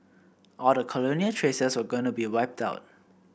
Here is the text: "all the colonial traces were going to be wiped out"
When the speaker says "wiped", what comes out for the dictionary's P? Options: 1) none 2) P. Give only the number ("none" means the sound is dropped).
2